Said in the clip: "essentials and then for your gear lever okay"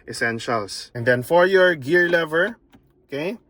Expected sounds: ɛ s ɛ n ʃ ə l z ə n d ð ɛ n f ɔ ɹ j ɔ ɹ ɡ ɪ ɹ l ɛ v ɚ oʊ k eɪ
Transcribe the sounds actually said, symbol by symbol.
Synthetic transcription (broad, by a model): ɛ s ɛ n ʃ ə l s ə n d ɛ n f ɔ ɹ j ɔ ɹ ɡ ɪ ɹ l ɛ v ɚ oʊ k eɪ